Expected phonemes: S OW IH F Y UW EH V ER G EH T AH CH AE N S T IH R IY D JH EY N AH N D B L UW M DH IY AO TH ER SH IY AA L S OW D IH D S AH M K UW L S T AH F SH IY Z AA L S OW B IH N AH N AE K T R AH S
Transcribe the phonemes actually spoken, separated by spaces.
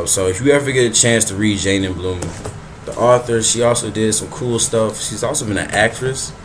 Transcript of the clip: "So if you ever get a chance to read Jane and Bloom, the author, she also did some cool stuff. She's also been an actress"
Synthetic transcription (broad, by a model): S OW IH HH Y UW EH V ER G EH T AH CH AE N S T IH R IY D JH EY N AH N B L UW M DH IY AO TH ER SH IY AA L S OW D IH D S AH M K UW L S T AH F SH IY Z AA L S OW B IH N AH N AE K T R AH S